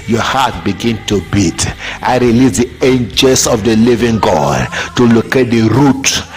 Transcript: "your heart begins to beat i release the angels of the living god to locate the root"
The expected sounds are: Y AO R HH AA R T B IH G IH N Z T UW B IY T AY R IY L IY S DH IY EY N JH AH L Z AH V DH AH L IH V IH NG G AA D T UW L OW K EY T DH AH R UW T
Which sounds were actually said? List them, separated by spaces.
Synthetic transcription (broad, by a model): Y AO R HH AA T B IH G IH N T UW B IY T AY R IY L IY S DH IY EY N JH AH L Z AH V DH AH L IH V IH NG G AA D T UW L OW K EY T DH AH R UW T